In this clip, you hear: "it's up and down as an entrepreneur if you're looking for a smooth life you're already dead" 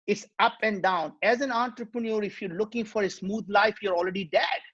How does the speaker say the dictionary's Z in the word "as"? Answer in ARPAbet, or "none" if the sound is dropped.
Z